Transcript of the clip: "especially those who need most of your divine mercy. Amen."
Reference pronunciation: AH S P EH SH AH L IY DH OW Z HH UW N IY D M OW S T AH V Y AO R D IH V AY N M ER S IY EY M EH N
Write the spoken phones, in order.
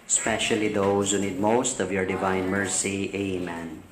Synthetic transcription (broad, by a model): S P EH SH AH L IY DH OW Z HH UW N IY D M OW S T AH V Y AO R D IH V AY N M ER S IY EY M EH N